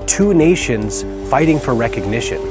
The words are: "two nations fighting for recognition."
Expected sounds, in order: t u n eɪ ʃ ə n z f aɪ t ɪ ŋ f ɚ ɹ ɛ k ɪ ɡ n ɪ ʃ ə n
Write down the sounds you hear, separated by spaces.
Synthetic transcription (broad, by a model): t u n eɪ ʃ ə n z f aɪ t ɪ ŋ f ɚ ɹ ɛ k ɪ ɡ n ɪ ʃ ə n